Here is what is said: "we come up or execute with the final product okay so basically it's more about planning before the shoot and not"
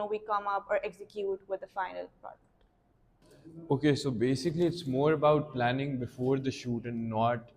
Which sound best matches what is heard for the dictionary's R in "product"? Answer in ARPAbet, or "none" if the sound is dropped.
none